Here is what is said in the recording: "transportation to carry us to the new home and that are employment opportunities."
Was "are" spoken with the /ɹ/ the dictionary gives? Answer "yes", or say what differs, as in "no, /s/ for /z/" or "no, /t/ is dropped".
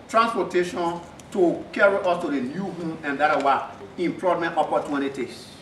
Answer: no, /w/ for /ɹ/